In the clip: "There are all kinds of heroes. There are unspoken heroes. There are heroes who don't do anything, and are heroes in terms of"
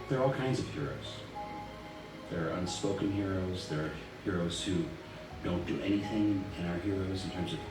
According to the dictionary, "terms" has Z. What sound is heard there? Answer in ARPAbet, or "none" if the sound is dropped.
Z